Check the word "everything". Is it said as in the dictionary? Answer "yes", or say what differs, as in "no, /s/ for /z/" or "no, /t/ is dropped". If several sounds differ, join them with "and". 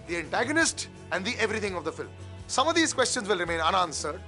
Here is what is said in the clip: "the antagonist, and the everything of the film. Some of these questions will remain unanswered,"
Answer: no, /t/ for /θ/